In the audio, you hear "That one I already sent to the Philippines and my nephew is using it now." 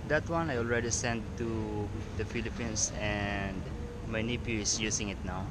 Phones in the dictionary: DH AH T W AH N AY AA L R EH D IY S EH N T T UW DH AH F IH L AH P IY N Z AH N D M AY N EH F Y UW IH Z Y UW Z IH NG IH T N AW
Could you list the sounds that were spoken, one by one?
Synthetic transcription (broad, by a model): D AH T W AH N AY AA L R EH D IY S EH N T T UW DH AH F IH L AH P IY N S AH N D M AY N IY P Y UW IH S Y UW S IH NG IH T N AW